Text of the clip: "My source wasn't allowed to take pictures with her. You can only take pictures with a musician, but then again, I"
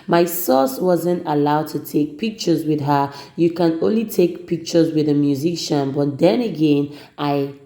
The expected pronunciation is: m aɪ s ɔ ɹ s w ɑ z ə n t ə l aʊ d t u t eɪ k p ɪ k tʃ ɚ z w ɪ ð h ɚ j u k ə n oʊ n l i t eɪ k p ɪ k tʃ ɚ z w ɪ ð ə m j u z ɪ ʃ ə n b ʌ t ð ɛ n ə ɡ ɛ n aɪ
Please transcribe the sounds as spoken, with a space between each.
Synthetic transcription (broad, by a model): m aɪ s ɔ s w ɑ z ə n t ə l aʊ d t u t eɪ k p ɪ k tʃ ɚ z w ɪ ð h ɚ j u k ə n oʊ n l i t eɪ k p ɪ k tʃ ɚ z w ɪ ð ə m j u z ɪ ʃ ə n b ʌ t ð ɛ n ə ɡ ɛ n aɪ